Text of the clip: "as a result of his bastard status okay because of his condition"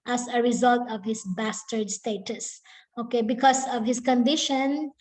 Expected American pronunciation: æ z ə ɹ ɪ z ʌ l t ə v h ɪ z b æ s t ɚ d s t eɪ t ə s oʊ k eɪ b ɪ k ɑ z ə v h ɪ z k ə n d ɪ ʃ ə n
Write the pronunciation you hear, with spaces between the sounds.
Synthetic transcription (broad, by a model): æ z ə ɹ ɪ z ʌ l t ə v h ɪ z b æ s t ɚ d s t eɪ t ə s oʊ k eɪ b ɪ k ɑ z ə v h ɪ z k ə n d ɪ ʃ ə n